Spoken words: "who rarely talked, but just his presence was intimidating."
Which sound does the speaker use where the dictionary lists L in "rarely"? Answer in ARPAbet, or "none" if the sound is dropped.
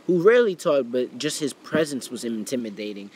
L